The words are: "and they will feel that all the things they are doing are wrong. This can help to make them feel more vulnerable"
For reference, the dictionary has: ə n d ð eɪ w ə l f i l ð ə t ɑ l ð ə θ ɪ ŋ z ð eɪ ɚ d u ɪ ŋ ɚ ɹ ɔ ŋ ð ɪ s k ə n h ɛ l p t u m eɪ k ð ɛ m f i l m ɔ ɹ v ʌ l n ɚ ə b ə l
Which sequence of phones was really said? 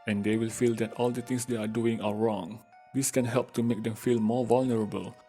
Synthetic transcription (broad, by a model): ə n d eɪ w ə l f i l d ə t ɑ l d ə t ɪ ŋ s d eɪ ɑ d u ɪ ŋ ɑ ɹ ɔ ŋ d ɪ s k ə n h ɛ l p t u m eɪ k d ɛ m f i l m ɔ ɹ v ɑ l n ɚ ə b ə l